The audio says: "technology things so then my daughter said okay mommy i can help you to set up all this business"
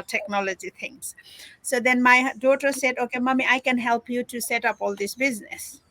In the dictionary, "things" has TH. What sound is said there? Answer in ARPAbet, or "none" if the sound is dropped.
T